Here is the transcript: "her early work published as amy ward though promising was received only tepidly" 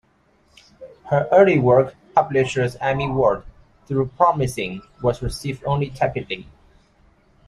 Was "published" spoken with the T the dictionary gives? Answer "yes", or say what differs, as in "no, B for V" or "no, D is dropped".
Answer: no, T is dropped